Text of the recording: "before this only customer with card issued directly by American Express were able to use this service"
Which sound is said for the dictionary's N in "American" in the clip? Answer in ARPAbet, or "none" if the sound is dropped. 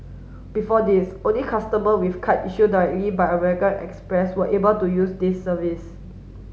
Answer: L